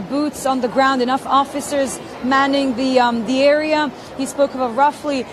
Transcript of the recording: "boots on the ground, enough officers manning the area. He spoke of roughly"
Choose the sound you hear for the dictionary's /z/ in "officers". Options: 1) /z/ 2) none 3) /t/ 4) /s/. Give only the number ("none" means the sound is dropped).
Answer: 1